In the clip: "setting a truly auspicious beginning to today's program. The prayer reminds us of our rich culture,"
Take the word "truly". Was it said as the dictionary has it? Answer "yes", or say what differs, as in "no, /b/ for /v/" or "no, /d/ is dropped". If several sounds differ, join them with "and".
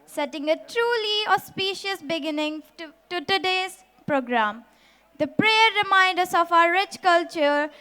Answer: yes